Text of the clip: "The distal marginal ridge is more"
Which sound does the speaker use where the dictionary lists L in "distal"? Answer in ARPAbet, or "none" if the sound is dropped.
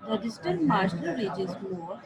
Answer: N